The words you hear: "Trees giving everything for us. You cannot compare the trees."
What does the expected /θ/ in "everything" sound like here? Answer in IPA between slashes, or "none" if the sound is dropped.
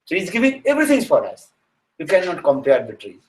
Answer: /t/